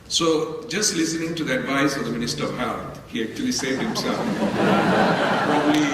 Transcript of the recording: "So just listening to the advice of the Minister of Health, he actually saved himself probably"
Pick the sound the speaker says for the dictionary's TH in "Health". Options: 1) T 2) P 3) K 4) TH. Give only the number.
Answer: 1